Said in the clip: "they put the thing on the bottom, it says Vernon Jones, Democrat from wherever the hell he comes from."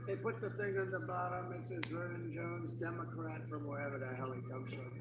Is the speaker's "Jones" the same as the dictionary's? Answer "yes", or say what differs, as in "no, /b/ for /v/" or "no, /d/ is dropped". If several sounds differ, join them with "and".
yes